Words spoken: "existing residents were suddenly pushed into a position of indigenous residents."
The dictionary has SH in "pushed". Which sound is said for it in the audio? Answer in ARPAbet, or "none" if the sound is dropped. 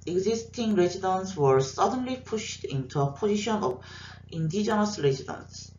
SH